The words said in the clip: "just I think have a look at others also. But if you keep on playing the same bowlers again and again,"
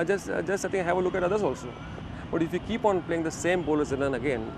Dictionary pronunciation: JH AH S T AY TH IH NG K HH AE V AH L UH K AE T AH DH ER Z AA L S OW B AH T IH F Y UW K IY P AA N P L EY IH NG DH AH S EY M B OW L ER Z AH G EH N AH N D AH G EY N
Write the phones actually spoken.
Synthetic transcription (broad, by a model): JH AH S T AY S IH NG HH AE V AH L UH K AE T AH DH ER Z AA L S OW B AH T IH F Y UW K IY P AA N P L EY IH NG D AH S EY M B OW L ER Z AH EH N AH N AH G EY N